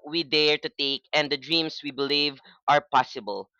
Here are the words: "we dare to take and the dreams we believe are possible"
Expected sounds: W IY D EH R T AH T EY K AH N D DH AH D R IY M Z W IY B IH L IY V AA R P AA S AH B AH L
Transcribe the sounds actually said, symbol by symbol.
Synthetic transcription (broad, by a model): W IY D EH R T AH T EY K AH N D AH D R IY M S W IY B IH L IY V AA R P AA S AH B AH L